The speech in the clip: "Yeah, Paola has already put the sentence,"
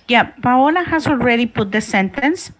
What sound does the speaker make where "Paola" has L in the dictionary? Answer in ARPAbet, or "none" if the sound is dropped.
L